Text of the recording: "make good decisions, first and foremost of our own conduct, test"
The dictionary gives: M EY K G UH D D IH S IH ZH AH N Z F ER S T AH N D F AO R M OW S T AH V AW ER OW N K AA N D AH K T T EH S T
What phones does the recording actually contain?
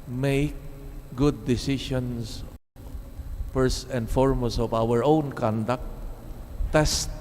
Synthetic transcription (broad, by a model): M EY K G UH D D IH S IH SH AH N S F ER S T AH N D F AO R M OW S AH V AW ER OW N K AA N D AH K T T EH S T